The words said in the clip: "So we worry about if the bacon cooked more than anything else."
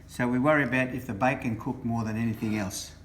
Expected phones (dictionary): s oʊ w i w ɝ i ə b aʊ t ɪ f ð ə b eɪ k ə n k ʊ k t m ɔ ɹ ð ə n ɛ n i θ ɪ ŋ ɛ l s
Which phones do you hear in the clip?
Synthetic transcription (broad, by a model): s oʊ w i w ɝ i ə b aʊ t ɪ f ð ə b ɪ k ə n k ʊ k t m ɔ ɹ ð ə n ɛ n i θ ɪ ŋ ɛ l s